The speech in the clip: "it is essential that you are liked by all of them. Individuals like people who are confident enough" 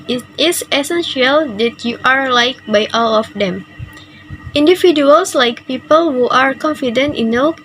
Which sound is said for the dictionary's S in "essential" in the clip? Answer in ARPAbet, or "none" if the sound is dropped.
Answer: S